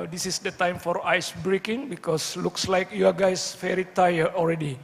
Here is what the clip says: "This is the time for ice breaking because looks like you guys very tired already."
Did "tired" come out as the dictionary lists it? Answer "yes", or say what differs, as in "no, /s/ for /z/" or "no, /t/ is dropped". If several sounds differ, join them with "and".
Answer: no, /d/ is dropped